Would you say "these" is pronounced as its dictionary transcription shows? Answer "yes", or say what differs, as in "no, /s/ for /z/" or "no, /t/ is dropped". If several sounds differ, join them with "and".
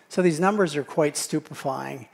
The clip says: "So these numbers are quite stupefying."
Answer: yes